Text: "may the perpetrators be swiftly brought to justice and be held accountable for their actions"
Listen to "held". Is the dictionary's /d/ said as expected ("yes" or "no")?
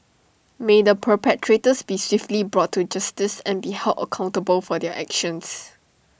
no